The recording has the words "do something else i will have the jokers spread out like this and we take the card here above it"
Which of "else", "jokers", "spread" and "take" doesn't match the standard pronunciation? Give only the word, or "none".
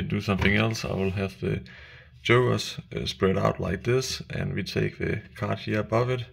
jokers